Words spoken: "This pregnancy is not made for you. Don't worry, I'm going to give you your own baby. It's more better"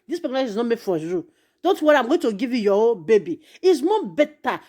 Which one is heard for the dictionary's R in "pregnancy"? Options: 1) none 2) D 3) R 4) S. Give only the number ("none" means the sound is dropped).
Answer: 1